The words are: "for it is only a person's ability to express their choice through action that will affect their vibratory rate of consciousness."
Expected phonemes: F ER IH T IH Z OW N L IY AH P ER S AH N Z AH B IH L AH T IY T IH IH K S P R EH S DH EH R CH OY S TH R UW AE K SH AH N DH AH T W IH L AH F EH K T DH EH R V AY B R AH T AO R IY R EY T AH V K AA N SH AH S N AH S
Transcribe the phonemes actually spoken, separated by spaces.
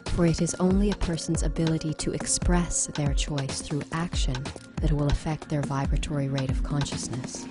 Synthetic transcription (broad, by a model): F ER IH T IH Z OW N L IY AH P ER S N Z AH B IH L AH T IY T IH IH K S P R EH S DH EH R CH OY S TH R UW AE K SH AH N DH AH T W IH L AH F EH K T DH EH R V AY B R AH T AO R IY R EY T AH V K AA N SH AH S N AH S